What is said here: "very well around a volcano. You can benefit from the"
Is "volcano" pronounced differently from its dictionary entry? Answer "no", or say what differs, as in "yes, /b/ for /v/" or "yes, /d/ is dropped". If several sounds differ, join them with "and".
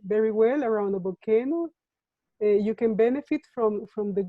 yes, /b/ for /v/